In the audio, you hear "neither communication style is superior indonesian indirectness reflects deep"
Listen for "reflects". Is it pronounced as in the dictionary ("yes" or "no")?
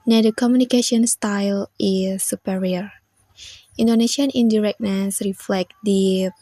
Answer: no